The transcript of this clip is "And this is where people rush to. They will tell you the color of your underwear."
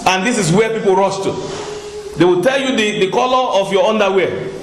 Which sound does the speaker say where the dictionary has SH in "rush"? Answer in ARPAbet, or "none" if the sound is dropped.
S